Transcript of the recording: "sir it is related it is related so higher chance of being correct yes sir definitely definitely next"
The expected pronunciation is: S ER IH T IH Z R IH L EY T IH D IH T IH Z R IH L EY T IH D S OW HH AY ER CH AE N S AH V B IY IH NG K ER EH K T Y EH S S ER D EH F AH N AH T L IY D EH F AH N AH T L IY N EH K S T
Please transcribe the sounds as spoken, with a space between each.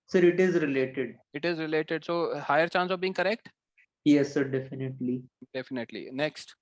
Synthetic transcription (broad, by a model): S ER IH T IH Z R IH L EY T IH D IH T IH Z R IH L EY T IH D S OW HH AY ER CH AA N S AH V B IY IH NG K ER EH K T Y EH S S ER D EH F AH N AH T L IY D EH F AH N AH T L IY N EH K S T